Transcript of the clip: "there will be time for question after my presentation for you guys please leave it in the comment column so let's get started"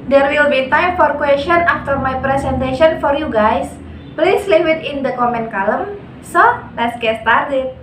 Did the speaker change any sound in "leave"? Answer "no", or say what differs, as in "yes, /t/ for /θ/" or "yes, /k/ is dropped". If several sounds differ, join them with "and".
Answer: yes, /w/ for /v/